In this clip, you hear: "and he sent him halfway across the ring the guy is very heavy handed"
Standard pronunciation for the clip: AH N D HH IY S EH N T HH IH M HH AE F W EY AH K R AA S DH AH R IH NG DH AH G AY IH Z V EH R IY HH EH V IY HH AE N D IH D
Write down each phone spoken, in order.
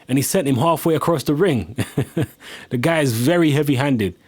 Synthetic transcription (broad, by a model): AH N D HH IY S EH N T HH IH M HH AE F W EY AH K R AA S DH AH R IH NG DH AH G AY IH Z V EH R IY HH EH V IY HH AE N D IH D